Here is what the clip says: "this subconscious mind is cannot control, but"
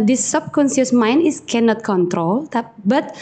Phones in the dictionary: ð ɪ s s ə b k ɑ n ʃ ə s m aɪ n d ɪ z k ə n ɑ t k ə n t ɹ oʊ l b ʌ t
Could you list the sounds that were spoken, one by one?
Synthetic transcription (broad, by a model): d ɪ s s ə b k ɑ n s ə s m aɪ n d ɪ s k ə n ɑ t k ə n t ɹ oʊ l b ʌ t